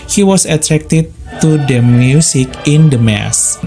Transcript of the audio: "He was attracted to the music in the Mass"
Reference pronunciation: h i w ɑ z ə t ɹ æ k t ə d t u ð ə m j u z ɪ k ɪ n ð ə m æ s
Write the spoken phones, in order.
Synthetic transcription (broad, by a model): h i w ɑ s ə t ɹ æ k t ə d t u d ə m j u s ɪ k ɪ n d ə m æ s